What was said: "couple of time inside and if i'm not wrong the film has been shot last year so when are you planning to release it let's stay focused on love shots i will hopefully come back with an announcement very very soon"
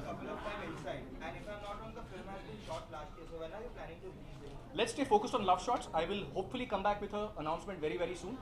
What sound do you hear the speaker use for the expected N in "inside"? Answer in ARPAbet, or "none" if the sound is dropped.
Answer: L